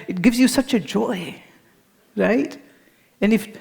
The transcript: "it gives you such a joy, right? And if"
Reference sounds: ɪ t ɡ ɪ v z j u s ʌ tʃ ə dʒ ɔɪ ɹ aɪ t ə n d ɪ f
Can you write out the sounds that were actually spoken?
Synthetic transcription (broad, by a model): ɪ t ɡ ɪ v z j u s ʌ tʃ ə dʒ ɔɪ ɹ aɪ t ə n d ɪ f